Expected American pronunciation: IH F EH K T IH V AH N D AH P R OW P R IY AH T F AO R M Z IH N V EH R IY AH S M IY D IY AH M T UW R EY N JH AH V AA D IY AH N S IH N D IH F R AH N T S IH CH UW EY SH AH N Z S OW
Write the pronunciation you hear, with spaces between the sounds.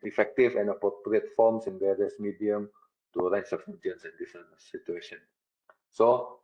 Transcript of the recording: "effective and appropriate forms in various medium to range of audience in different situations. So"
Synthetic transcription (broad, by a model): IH F EH K T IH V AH N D AH P R OW P R IY AH T F AO M S IH N V EH R IY AH S M IY D IY AH M T UW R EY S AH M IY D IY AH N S IH N D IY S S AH T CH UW EY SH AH N S OW